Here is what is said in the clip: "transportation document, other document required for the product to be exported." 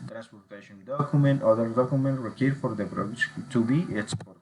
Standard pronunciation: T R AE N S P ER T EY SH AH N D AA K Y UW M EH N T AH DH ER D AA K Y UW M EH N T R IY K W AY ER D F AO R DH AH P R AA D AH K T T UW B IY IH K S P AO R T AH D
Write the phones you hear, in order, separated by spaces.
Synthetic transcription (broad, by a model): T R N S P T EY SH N D AA K Y UW M EH N T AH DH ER D AA K Y UW M EH N T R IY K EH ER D F AO R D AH B R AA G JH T T UW B IY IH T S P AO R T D